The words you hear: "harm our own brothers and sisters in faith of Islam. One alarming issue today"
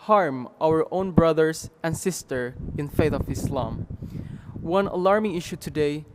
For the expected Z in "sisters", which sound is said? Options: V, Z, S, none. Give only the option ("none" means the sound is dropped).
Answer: none